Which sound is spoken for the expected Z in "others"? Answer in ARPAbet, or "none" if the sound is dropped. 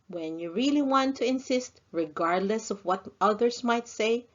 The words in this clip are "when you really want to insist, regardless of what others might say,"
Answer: S